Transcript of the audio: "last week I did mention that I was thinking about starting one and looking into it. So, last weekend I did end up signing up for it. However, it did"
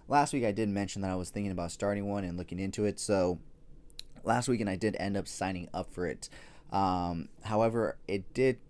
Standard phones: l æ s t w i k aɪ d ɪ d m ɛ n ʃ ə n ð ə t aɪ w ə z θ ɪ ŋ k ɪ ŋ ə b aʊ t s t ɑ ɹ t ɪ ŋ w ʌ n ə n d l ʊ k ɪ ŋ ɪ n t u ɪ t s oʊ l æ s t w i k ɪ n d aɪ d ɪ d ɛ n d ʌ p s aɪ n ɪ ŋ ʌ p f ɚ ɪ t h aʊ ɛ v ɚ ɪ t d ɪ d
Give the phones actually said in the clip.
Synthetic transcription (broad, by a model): l æ s t w i k aɪ d ɪ d m ɛ n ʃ n ð ə t aɪ w ə z θ ɪ ŋ k ɪ ŋ ə b aʊ t s t ɑ ɹ t ɪ ŋ w ʌ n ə n l ʊ k ɪ ŋ ɪ n t u ɪ t s oʊ l æ s t w i k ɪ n aɪ d ɪ d ɛ n d ʌ p s aɪ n ɪ ŋ ʌ p f ɚ ɪ t h aʊ ɛ v ɚ ɪ t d ɪ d